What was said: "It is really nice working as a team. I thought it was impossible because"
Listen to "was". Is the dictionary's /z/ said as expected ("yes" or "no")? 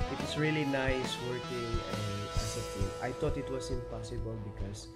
no